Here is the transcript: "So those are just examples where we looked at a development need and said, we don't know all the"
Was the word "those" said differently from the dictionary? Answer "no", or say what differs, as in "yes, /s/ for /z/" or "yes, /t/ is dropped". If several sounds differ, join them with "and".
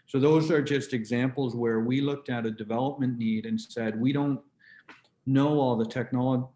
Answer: no